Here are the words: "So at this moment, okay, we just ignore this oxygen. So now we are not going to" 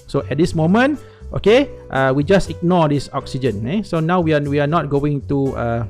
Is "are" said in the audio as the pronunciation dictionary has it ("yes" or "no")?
no